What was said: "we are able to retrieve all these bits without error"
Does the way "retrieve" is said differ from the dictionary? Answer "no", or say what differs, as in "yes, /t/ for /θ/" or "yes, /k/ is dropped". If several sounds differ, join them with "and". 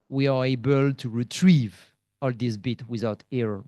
no